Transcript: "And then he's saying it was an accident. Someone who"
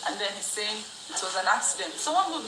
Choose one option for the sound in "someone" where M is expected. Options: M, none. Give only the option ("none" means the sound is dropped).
none